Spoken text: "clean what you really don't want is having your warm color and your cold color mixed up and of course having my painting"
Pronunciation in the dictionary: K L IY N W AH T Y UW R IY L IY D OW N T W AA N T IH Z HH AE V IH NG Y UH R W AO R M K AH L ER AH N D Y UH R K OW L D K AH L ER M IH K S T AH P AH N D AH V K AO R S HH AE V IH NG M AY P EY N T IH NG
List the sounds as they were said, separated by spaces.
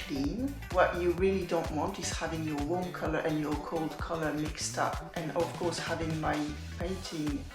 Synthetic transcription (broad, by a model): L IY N W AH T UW R IY L IY D OW N T W AA N T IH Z HH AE V IH NG Y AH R W AO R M K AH L ER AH N Y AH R K OW L D K AH L ER M IH K S T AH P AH N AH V K AO R S HH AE V IH NG M AY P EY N T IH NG